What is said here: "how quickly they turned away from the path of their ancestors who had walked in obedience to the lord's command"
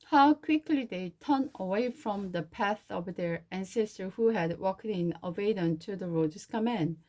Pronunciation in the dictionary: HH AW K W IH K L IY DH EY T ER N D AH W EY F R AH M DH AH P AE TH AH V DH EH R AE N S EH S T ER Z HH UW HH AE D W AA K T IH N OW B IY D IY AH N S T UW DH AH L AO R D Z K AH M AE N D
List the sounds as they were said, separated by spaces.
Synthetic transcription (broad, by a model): HH AW K W IH K L IY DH EY T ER N AH W EY F R AH M DH AH P AE TH AH V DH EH R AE N S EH S T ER HH UW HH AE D W AA K T IH N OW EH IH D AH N T UW DH AH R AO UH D S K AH M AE N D